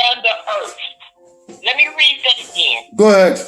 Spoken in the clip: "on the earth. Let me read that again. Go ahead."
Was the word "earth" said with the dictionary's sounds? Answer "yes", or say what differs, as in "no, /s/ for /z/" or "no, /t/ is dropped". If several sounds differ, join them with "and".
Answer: no, /t/ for /θ/